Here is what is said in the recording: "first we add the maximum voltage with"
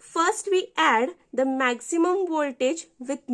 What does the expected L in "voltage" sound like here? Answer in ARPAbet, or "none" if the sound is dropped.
L